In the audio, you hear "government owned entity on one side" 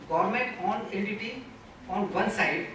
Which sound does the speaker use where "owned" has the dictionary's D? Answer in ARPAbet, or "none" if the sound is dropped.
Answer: none